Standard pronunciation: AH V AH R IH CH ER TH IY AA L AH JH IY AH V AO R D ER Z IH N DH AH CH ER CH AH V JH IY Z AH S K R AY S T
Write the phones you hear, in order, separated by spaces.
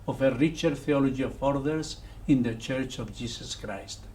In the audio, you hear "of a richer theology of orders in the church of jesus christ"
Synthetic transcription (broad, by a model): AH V AH R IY CH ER TH IY AA L AH JH IY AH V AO R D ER S IH N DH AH CH ER CH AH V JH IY S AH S K R AY S T